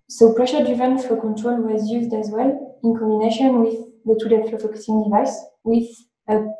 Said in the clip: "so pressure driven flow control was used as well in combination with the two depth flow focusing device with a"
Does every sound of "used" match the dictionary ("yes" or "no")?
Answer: yes